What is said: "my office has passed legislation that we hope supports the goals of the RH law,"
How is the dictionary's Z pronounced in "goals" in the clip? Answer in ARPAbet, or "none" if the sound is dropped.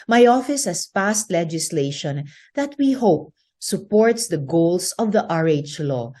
S